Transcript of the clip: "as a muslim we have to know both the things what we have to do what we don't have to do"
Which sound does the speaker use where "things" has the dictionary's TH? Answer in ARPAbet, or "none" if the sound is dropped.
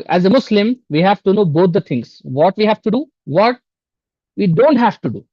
T